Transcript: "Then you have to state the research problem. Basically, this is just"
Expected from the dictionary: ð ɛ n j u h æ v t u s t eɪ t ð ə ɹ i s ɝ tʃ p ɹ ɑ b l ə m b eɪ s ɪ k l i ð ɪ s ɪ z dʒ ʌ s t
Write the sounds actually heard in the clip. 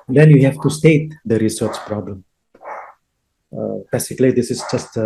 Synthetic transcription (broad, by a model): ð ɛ n j u h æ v t u s t eɪ t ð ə ɹ i s ɝ tʃ p ɹ ɑ b l ə m b eɪ s ɪ k l i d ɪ s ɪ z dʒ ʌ s t